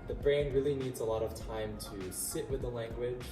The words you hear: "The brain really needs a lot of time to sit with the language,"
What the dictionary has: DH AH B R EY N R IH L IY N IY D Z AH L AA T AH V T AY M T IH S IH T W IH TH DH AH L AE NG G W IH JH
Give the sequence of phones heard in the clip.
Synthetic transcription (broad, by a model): DH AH B R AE N R IH L IY N IY D Z AH L AA T AH V T AY M T IH S IH T W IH DH AH L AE NG G W IH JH